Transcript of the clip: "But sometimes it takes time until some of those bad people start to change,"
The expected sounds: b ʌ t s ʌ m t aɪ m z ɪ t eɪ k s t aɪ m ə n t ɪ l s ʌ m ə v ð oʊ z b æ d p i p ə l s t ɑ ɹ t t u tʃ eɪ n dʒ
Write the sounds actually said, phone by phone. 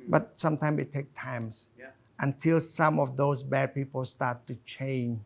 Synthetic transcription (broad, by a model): b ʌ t s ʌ m t aɪ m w ɪ t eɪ k t aɪ m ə n t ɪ l s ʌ m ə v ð oʊ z b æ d p i p ə l s t ɑ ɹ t t u tʃ eɪ n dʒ